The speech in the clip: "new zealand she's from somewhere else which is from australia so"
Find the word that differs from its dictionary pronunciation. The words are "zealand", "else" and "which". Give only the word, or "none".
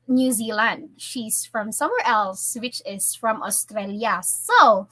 none